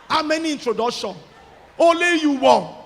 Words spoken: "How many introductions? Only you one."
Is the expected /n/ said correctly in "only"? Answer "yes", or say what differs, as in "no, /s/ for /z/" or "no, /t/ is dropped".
no, /n/ is dropped